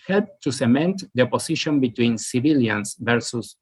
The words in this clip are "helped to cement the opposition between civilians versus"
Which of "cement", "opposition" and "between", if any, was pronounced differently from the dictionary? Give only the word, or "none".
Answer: opposition